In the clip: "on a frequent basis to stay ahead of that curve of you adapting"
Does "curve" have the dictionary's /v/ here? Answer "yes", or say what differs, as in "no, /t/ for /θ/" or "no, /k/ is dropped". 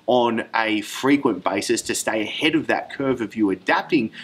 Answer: yes